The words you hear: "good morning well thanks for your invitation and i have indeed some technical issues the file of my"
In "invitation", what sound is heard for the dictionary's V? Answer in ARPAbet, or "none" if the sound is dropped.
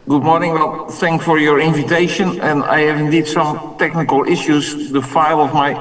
V